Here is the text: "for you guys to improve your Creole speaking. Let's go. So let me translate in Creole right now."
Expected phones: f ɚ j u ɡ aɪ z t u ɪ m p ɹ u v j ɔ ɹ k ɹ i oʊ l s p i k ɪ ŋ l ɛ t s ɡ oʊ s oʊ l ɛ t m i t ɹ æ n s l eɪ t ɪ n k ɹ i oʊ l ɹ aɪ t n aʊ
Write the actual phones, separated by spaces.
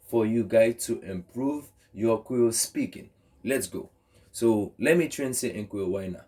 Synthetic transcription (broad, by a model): f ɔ j u ɡ aɪ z t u ɪ m p ɹ u v j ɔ k w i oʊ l s p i k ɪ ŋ l ɛ t s ɡ oʊ s oʊ l ɛ t m i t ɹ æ n s eɪ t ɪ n k w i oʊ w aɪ n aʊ